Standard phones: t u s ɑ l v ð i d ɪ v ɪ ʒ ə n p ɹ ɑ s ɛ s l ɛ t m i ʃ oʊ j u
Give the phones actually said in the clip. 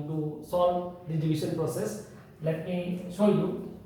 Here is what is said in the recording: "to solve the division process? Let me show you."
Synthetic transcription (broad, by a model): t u s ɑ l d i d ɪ b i s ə n p ɹ ɑ s ɛ s l ɛ t m i s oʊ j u